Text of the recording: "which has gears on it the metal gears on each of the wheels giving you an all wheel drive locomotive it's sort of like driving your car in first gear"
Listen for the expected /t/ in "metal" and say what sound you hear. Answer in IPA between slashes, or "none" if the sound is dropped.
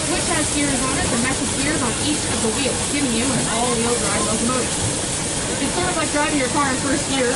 /s/